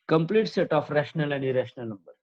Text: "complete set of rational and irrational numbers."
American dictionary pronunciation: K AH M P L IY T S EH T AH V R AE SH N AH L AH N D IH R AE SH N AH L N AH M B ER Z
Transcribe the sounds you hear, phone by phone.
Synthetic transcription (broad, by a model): K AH M P L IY T S EH T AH F R AE SH N AH L AH N D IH R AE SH N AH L N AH M B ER